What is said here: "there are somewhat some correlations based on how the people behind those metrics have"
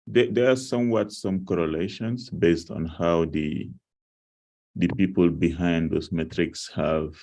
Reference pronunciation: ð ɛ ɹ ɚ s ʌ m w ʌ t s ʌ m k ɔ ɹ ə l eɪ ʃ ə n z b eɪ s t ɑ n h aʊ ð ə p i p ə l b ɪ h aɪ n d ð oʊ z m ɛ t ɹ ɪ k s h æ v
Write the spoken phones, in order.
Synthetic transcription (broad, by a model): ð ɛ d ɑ s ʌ m w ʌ t s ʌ m k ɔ ɹ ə l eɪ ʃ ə n s b eɪ s t ɑ n h aʊ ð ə p i p ə l b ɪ h aɪ n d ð oʊ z m ɛ t ɹ ɪ k s h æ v